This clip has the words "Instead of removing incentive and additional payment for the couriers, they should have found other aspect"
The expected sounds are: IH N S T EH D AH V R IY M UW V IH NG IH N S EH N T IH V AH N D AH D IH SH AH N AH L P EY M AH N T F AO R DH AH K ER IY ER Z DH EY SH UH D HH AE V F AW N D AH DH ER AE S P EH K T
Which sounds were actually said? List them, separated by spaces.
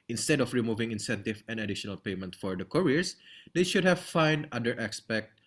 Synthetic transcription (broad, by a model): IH N S T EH D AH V R IY M UW V IH NG IH N S EH N T IH V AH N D AH D IH SH AH N AH L P EY M AH N T F AO R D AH K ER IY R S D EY SH UH D HH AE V F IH N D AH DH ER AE S P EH K T